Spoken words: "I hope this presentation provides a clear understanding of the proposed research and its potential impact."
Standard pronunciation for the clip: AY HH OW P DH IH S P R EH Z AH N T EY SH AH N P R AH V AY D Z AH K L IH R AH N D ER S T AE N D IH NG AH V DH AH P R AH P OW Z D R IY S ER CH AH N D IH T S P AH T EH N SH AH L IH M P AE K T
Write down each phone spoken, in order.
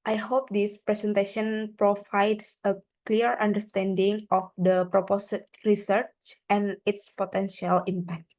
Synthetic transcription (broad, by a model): AY HH OW P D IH S P R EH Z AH N T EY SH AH N P R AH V AY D S AH K L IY R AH N D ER S T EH N D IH NG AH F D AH P R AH P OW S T R IY S ER CH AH N IH T S P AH T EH N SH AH L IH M P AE K T